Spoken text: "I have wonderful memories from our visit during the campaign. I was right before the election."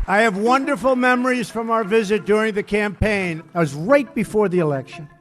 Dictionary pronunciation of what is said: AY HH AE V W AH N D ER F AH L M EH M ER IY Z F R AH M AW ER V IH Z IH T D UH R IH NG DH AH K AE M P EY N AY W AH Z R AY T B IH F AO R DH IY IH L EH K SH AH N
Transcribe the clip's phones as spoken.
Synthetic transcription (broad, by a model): AY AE V W AH N D ER F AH L M EH M ER IY Z F R AH M AW ER V IH Z IH T D UH R IH NG DH AH K AE M P EY N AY W AH Z R AY T B IH F AO R DH IY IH L EH K SH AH N